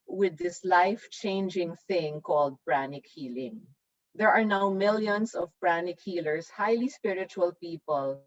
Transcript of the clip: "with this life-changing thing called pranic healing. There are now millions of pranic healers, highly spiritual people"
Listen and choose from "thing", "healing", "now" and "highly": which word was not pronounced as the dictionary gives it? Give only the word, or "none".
none